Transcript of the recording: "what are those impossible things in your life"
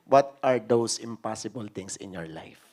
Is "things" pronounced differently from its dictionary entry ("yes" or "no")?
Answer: yes